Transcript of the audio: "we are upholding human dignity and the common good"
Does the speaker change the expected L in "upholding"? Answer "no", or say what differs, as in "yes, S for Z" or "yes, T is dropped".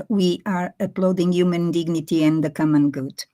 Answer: yes, L is dropped